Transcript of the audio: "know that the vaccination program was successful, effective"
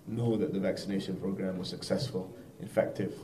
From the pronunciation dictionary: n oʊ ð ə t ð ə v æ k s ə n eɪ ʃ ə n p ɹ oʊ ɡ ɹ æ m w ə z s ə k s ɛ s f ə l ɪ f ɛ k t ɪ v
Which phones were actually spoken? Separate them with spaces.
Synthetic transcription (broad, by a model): n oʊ ð ə t ð ə v æ k s ə n eɪ ʃ ə n p ɹ oʊ ɡ ɹ æ m w ə z s ə k s ɛ s f ə l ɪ f ɛ k t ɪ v